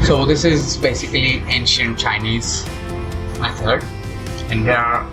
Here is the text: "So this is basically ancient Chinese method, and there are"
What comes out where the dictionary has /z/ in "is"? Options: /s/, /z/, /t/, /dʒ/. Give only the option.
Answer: /z/